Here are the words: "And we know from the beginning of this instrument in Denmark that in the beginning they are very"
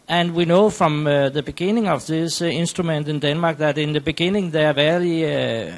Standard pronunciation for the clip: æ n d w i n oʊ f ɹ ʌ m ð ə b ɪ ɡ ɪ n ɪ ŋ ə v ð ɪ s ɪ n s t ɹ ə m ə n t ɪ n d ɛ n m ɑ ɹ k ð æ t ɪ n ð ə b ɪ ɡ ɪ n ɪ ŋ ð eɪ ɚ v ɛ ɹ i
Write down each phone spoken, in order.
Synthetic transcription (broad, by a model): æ n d w i n oʊ f ɹ ʌ m ð ə b ɪ ɡ ɪ n ɪ ŋ ə v ð ɪ s ɪ n s t ɹ ə m ə n t ɪ n d ɛ n m ɑ ɹ k ð æ t ɪ n ð ə b ɪ ɡ ɪ n ɪ ŋ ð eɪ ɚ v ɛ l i